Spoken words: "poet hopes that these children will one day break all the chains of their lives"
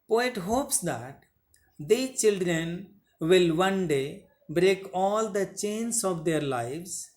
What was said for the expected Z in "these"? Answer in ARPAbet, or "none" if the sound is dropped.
none